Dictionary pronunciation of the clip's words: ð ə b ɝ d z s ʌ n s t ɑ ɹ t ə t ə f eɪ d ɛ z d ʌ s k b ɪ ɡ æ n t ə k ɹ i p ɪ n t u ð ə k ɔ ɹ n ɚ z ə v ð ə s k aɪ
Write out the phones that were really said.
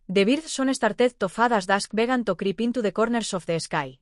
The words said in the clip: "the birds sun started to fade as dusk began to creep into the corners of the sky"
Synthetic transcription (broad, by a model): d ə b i d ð s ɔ n s t ɑ ɹ t ə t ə f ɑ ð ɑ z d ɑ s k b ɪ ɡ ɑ n t ə k ɹ i p ɪ n t u ð ə k ɔ ɹ n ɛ s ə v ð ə s k aɪ